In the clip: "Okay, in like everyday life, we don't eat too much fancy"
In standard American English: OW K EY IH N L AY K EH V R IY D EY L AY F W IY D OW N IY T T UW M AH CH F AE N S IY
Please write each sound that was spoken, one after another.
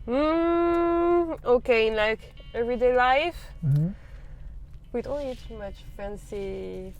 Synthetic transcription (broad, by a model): OW K EY IH N L AY K EH V R IY D EY L AY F W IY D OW L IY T T UW M AH CH F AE N S IY